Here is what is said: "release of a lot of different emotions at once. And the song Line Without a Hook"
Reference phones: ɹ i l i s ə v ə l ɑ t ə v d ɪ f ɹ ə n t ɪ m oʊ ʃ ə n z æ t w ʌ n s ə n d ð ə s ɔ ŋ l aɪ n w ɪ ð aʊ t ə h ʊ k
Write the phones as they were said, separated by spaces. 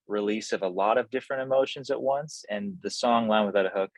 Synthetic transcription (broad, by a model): ɹ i l i s ə v ə l ɑ t ə v d ɪ f ɹ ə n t ɪ m oʊ ʃ ə n z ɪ t w ʌ n s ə n ð ə s ɔ ŋ l aɪ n w ɪ ð aʊ t ə h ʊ k